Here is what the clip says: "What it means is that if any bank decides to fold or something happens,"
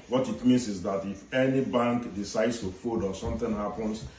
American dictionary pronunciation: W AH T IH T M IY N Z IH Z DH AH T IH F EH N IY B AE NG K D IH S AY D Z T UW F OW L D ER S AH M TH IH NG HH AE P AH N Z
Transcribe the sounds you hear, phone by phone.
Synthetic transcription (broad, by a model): W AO T IH T M IY N S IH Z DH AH T IH F EH N IY B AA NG K D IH S AY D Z T UW F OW D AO S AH M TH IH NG HH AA P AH N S